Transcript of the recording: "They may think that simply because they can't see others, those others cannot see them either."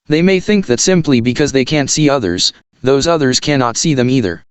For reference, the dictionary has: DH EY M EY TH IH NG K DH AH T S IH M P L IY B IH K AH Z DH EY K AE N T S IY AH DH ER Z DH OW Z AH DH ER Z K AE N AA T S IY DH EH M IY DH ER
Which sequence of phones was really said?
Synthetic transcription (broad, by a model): DH EY M EY TH IH NG K DH AH T S IH M P L IY B IH K AH Z DH EY K AE N T S IY AH DH ER Z DH OW Z AH DH ER Z K AE N AA T S IY DH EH M IY DH ER